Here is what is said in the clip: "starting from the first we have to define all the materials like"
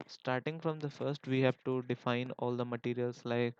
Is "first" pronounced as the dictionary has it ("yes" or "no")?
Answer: yes